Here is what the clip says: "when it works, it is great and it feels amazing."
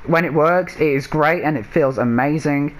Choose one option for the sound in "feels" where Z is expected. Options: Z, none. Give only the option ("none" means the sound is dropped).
Z